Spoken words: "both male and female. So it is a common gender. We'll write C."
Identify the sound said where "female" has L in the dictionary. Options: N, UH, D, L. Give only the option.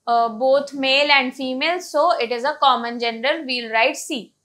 L